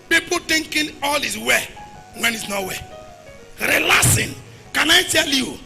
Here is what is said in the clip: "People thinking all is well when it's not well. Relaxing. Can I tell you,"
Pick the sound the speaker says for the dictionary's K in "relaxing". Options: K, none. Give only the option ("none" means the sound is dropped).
none